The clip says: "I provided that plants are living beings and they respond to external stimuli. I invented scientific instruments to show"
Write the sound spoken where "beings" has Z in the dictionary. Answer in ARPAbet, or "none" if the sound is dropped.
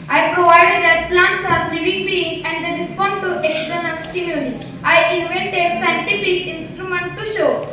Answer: none